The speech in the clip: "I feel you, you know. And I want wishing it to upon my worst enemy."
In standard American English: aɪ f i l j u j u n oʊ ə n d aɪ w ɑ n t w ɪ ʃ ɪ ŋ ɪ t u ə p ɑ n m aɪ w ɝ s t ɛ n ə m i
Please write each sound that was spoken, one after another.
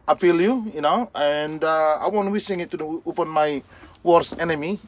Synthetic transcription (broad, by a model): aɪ p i l j u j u n oʊ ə n d aɪ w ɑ n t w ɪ s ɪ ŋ ɪ t u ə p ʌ n m aɪ w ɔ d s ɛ n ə m i